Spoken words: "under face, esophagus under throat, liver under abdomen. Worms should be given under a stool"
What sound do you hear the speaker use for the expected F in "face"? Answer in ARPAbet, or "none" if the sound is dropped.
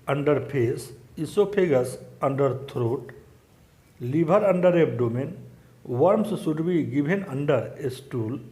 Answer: P